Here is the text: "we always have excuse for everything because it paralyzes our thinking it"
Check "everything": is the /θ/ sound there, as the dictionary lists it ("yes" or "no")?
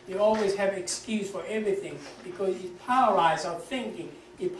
yes